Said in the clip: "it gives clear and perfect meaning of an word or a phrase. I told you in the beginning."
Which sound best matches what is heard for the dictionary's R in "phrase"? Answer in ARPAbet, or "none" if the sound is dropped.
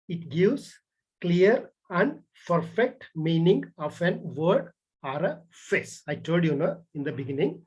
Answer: none